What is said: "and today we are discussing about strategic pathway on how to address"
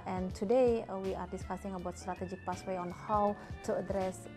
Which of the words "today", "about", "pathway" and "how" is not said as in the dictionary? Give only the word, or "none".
pathway